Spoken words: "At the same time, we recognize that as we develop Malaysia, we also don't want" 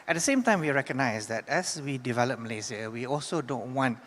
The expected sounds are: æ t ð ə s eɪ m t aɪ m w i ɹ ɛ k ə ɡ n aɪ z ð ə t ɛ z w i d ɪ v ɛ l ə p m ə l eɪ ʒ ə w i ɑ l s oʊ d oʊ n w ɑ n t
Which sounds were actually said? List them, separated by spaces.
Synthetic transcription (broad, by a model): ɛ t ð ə s eɪ m t aɪ m w i ɹ ɛ k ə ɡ n aɪ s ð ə t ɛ s w i d ɪ v ɛ l ə p m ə l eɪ z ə w i ɑ l s oʊ d oʊ n w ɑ n t